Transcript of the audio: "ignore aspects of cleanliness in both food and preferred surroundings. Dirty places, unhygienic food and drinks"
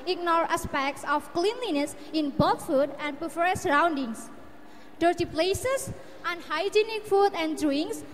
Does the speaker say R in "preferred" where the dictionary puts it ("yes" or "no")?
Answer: no